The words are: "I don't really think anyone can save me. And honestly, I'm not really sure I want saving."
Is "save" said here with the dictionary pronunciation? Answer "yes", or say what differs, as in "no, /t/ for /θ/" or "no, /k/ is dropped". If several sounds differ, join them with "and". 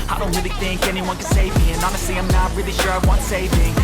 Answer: yes